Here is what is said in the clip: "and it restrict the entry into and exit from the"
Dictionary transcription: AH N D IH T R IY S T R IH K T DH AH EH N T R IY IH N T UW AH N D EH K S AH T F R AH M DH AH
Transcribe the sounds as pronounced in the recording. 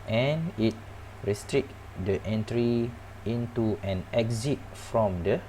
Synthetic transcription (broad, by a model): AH N IH T R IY S T R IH K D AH EH N T R IY IH N T UW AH N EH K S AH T F R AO M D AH